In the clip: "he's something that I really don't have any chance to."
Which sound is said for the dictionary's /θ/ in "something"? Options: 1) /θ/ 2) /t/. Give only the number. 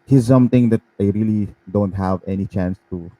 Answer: 2